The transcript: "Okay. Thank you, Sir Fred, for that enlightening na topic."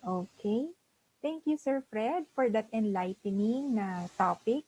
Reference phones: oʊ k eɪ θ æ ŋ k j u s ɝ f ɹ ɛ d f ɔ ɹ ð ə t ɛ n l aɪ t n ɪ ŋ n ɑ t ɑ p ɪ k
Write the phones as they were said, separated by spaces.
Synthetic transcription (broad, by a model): oʊ k eɪ t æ ŋ k j u s ɝ f ɹ ɛ d f ɔ ɹ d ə t ɛ n l aɪ t n ɪ ŋ n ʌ t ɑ p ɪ k